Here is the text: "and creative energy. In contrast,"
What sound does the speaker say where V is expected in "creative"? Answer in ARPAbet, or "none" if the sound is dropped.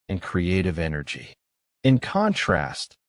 V